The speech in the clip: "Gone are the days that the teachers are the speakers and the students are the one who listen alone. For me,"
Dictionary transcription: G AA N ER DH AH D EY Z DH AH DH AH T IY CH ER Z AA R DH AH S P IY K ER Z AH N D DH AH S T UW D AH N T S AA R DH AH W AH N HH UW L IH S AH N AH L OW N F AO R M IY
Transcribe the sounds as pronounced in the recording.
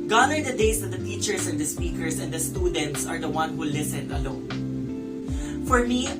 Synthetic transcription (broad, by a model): G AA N ER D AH D EY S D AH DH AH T IY CH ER S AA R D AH S P IY K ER S AH N D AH S T UW D AH N T S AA R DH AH W AH N HH UW L IH S AH N AH L OW N F AO R M IY